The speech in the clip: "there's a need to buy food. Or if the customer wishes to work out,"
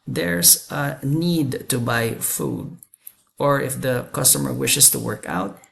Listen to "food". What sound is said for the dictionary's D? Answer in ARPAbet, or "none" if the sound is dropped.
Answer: D